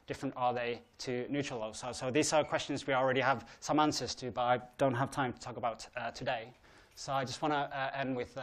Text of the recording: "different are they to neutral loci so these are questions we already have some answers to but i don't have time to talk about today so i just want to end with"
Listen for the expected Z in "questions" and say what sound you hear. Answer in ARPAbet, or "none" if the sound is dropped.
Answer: Z